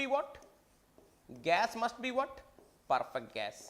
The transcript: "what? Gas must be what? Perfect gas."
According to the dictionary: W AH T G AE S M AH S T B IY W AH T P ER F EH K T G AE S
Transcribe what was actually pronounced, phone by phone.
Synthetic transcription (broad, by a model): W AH T G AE S M AH S T B IY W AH T P ER F EH K T G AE S